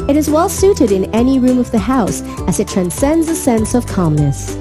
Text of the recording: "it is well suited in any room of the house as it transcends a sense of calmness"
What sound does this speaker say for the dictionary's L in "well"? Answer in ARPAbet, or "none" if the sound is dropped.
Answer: L